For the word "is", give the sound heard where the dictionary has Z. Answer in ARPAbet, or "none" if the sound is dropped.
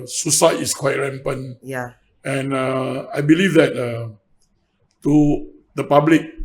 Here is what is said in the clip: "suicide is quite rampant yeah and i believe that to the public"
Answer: S